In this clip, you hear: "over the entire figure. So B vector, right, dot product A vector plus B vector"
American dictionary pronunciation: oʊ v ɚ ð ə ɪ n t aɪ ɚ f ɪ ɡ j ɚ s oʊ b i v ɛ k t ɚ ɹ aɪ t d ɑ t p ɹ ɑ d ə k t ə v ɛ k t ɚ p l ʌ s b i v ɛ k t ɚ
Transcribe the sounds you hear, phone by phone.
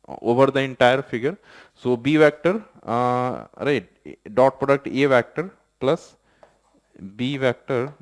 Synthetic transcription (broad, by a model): oʊ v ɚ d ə ɪ n t aɪ ɚ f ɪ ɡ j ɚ s oʊ b i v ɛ k t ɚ ɹ aɪ t d ɑ t p ɹ ɑ d ə k t ə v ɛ k t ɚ p l ʌ s b i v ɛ k t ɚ